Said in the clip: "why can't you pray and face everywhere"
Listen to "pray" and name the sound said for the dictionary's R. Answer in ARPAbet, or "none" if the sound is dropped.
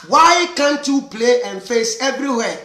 L